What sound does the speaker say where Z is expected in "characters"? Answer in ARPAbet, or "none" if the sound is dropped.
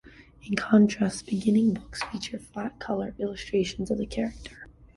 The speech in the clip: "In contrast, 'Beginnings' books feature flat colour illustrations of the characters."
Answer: none